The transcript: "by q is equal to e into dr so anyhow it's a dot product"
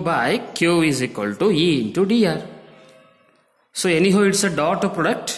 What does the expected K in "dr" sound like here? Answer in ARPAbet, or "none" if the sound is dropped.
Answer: none